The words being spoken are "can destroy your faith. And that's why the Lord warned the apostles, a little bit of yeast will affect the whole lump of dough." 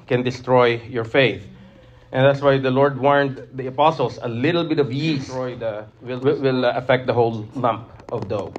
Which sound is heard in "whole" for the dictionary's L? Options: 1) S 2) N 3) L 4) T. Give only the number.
3